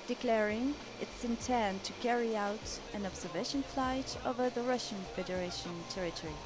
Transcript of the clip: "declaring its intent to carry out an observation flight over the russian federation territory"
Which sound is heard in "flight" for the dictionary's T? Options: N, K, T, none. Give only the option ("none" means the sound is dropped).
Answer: T